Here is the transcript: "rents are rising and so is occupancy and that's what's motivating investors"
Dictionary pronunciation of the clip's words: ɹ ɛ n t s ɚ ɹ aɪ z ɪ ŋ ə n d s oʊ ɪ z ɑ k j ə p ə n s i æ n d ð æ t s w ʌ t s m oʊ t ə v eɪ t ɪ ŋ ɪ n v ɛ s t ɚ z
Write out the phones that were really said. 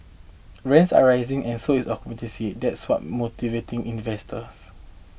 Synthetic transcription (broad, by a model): ɹ ɛ n t s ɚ ɹ aɪ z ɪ ŋ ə n s oʊ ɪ s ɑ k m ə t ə s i d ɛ t s w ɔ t m oʊ t ə v eɪ t ɪ ŋ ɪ n v ɛ s t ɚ s